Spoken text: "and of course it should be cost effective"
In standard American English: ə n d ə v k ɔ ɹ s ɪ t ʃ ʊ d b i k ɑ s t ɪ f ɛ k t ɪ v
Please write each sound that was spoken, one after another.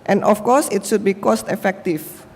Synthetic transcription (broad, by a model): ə n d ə f k ɔ s ɪ t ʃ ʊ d b i k ɑ s t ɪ f ɛ k t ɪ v